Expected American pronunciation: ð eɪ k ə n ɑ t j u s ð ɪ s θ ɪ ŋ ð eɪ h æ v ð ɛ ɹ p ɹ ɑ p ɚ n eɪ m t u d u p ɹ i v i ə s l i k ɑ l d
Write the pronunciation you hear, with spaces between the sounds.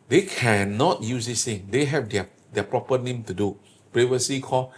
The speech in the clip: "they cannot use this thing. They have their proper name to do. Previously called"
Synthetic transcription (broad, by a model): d eɪ k ə n ɑ t j u s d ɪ s t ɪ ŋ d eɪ h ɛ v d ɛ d p ɹ ɑ p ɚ n eɪ m t u d u p ɹ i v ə s i k ɑ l